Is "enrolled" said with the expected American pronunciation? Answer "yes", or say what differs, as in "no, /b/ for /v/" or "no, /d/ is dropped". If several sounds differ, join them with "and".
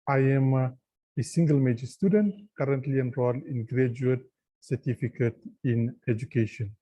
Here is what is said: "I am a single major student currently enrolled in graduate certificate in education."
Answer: no, /d/ is dropped